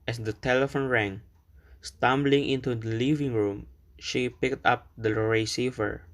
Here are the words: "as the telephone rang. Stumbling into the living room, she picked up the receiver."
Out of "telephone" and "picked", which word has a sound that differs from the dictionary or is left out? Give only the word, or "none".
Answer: none